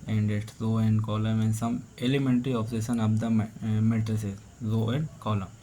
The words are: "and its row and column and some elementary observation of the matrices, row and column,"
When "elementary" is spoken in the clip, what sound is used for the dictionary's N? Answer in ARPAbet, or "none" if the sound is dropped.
N